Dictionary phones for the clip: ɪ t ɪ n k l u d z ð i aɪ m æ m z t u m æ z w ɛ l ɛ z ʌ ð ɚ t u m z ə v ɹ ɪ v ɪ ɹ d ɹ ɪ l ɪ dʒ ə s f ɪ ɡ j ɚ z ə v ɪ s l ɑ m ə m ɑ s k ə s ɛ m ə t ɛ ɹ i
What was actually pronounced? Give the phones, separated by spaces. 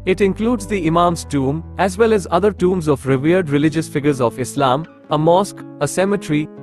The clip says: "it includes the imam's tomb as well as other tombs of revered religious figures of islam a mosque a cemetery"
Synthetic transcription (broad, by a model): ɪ t ɪ n k l u d z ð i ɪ m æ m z t u m æ z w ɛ l ɛ z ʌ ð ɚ t u m z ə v ɹ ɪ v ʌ ɹ d ɹ ɪ l ɪ dʒ ə s f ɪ ɡ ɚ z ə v ɪ s l ɑ m ə m ɑ s k ə s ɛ m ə t ɹ i